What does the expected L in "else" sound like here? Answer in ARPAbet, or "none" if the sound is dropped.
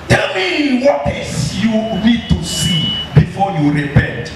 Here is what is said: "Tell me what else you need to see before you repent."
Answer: none